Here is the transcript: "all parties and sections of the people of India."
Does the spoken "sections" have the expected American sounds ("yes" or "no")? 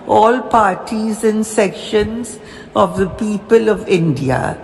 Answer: yes